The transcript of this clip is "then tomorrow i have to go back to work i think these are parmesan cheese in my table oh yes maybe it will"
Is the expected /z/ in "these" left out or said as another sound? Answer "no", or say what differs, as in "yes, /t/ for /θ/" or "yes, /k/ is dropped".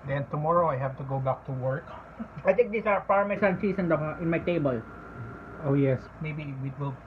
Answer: yes, /s/ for /z/